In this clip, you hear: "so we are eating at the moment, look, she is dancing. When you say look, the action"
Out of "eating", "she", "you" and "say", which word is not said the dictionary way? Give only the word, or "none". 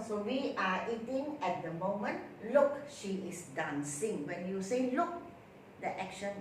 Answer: none